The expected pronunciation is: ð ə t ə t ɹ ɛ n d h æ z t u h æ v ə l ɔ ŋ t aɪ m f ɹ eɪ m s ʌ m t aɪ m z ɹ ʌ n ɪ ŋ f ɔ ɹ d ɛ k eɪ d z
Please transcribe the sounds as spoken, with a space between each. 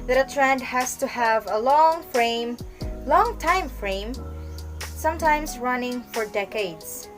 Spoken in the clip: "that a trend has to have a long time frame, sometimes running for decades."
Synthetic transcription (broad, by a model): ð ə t ə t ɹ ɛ n d h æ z t u h æ v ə l ɔ ŋ t aɪ m f ɹ eɪ m s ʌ m t aɪ m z ɹ ʌ n ɪ ŋ f ɔ ɹ d ɛ k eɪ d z